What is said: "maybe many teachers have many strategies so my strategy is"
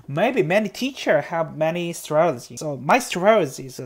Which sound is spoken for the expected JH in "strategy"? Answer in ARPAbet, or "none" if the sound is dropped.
Z